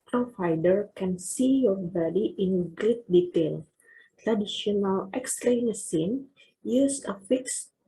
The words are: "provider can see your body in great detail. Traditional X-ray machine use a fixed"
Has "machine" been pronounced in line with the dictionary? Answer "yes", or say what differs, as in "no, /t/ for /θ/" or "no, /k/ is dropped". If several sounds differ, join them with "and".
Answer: no, /s/ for /ʃ/